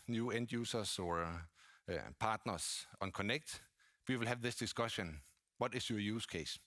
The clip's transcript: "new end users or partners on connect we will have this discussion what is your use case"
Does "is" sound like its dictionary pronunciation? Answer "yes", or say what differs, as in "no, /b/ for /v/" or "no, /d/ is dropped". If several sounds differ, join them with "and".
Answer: no, /s/ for /z/